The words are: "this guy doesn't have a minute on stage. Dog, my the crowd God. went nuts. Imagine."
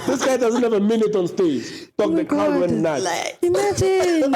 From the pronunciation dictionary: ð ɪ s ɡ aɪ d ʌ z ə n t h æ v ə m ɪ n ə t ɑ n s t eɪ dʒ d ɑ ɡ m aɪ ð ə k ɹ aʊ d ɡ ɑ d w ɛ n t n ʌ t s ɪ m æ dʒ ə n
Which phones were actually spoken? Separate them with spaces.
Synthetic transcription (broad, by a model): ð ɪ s ɡ aɪ d ʌ z ə n t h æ v ə m ɪ n ə t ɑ n s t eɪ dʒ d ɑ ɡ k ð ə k aʊ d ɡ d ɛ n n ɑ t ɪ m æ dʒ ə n